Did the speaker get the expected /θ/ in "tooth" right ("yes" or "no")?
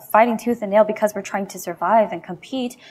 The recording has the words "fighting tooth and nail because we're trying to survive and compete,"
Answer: yes